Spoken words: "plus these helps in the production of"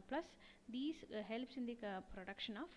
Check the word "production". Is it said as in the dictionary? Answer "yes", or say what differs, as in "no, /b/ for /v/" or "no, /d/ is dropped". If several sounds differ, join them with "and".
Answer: yes